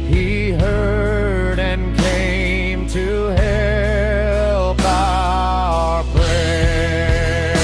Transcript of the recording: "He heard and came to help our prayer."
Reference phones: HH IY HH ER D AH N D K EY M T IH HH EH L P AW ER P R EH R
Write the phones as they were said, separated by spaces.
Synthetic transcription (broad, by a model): HH IY HH ER D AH N K EY M T IH HH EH L B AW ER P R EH